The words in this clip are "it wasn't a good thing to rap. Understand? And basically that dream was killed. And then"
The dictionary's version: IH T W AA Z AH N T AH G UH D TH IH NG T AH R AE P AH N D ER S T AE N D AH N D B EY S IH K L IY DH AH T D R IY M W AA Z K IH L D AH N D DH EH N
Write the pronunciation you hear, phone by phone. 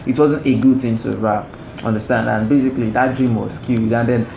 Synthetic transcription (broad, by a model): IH T W AA Z AH N T AH G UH D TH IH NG T AH R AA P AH N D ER S T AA N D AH N B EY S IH K L IY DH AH T D R IY M W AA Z K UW D AH N D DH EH N